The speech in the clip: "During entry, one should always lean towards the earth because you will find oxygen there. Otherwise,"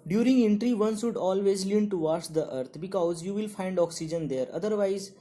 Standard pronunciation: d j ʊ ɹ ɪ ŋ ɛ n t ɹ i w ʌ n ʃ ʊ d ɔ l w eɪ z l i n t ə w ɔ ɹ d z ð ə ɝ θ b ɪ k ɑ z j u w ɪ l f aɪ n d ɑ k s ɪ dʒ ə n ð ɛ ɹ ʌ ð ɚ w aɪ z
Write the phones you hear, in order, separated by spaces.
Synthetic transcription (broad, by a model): d j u ɹ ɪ ŋ ɛ n t ɹ i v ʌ n s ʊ d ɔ l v eɪ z l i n t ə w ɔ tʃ d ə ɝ t b ɪ k ɑ z j u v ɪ l f aɪ n d ɑ k s ɪ dʒ ə n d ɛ ɹ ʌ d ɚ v aɪ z